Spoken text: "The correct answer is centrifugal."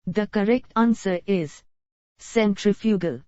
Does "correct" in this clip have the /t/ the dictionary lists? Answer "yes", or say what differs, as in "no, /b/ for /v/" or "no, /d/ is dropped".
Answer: yes